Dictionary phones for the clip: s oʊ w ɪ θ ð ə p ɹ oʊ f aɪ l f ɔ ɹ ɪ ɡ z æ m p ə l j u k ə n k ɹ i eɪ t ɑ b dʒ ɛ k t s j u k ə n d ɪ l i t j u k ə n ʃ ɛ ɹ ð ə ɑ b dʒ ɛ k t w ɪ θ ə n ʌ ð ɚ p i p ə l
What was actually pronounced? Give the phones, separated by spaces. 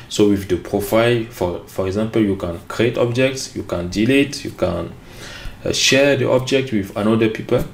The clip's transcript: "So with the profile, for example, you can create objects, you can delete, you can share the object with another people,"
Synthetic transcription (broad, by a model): s oʊ w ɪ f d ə p ɹ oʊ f aɪ l f ɔ ɹ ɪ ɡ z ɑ m p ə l j u k ə n k ɹ i eɪ t ɑ b dʒ ɛ k t s j u k ə n d ɪ l i t j u k ə n ʃ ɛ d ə ɑ b dʒ ɛ k t w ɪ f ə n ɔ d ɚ p i p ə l